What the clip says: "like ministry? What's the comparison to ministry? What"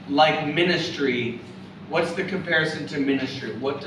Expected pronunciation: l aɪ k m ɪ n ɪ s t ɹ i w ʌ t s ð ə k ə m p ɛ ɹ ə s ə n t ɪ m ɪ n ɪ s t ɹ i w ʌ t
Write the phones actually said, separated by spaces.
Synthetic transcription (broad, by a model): l aɪ k m ɪ n ɪ s t ɹ i w ʌ t s ð ə k ə m p ɛ ɹ ə s ə n t ɪ m ɪ n ɪ s t ɹ i w ʌ t